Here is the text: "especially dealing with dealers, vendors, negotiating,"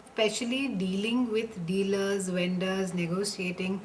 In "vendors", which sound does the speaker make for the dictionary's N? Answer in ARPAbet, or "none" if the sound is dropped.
N